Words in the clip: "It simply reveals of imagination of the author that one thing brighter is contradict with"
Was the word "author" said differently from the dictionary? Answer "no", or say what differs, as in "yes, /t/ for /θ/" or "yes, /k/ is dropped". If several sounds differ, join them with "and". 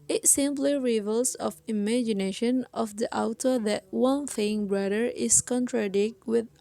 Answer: yes, /t/ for /θ/